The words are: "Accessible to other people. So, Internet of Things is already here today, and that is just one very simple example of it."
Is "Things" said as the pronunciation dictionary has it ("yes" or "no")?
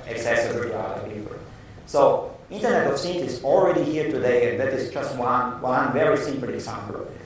no